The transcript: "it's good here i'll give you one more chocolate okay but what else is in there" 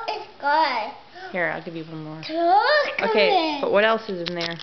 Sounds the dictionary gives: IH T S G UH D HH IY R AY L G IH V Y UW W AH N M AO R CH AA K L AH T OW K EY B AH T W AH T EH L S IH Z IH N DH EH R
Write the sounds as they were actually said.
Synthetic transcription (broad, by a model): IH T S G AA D HH IY R AY L G IH V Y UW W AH M AO R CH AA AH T OW K EY B AH T W AH T EH L S IH Z IH N DH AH R